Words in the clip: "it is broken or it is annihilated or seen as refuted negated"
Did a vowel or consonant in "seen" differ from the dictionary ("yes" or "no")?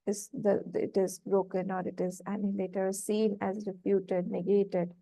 no